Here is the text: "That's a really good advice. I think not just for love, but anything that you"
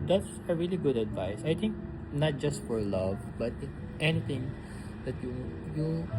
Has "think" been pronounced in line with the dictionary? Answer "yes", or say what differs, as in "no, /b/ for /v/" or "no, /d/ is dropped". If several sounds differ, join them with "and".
no, /t/ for /θ/